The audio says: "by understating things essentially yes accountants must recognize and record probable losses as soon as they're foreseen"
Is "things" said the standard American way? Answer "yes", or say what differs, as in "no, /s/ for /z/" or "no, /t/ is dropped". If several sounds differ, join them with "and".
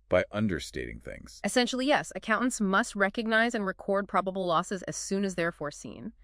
yes